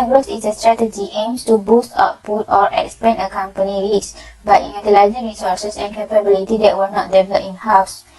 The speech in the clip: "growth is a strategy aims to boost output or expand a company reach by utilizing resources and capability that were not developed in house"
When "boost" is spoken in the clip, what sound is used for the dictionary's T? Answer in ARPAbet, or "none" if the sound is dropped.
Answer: T